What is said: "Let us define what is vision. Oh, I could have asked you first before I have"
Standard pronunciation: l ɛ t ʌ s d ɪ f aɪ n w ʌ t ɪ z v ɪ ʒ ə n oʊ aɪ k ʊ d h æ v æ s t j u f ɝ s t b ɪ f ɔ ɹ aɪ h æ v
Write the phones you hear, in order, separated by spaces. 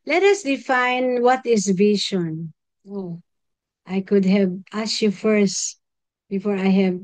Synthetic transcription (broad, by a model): l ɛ t ʌ s d ɪ f aɪ n w ʌ t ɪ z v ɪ ʃ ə n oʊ aɪ k ʊ d h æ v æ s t j u f ɝ s t b ɪ f ɔ ɹ aɪ h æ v